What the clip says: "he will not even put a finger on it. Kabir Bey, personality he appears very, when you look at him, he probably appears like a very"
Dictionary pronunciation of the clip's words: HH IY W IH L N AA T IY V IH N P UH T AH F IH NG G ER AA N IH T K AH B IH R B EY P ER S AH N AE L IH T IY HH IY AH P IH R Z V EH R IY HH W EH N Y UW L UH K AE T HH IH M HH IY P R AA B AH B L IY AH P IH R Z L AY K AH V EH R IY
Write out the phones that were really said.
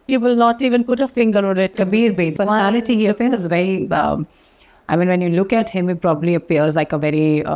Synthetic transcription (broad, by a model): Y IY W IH L N AA T IY V IH N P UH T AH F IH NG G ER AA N IH T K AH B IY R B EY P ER AH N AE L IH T IY HH IY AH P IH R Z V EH R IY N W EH N Y UW L UH K AE T HH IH M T P R AA B AH B L IY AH P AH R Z L AY K AH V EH R IY